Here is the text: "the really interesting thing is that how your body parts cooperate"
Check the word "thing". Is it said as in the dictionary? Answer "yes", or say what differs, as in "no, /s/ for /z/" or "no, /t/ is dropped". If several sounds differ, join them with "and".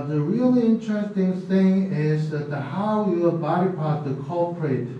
yes